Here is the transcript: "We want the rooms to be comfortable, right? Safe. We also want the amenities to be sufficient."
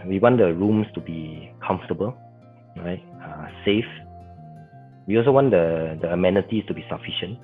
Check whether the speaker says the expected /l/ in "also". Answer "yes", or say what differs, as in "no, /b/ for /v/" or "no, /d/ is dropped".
yes